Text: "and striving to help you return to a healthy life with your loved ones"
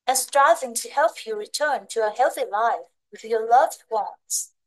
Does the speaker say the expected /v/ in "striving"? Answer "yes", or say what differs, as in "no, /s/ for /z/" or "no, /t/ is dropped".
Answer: yes